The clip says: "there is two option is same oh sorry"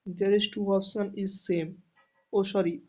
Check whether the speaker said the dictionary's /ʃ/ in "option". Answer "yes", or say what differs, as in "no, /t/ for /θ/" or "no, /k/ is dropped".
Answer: no, /s/ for /ʃ/